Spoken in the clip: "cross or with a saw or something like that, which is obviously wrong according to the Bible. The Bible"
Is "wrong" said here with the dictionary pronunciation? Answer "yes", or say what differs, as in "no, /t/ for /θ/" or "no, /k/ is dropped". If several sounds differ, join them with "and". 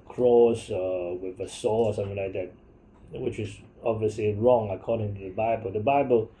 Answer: yes